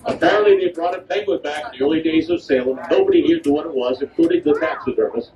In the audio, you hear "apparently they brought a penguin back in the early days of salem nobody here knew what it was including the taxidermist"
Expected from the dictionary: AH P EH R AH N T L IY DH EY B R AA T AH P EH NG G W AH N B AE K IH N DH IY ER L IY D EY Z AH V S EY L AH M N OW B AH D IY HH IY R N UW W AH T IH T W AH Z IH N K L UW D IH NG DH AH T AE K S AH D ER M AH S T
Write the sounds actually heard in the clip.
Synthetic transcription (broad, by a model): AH P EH R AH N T L IY DH EY B R AA T AH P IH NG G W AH B AE K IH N DH IY ER L IY D EY Z AH V S EY L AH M N OW B AH D IY HH IY R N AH W AH T IH T W AH Z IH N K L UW D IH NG DH AH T AE K S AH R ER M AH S